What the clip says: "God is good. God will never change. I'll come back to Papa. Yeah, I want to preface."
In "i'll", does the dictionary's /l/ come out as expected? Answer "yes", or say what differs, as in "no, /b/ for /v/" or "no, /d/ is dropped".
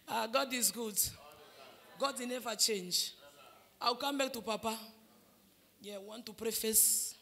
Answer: no, /w/ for /l/